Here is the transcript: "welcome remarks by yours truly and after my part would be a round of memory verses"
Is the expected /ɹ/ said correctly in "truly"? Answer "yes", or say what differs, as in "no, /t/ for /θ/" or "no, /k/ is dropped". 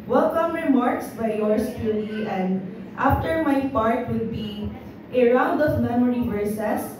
no, /ɹ/ is dropped